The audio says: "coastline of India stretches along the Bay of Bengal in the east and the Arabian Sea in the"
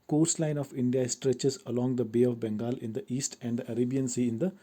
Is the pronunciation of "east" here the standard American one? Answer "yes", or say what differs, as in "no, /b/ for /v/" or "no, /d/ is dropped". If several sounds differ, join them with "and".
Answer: yes